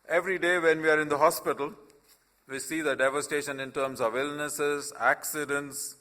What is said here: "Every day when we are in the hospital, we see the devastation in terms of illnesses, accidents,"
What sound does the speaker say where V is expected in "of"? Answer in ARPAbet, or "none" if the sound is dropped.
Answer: V